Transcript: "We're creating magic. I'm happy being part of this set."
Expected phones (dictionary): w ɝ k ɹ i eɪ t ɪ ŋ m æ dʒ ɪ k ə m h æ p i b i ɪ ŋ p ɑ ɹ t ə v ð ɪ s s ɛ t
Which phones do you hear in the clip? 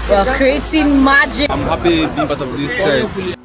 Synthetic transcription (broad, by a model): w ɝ k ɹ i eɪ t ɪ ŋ m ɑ dʒ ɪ ə m h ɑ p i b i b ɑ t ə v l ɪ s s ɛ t